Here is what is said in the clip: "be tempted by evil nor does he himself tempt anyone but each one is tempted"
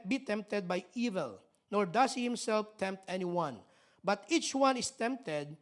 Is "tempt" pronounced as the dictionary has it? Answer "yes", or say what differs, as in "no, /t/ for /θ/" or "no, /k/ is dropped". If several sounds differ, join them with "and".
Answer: yes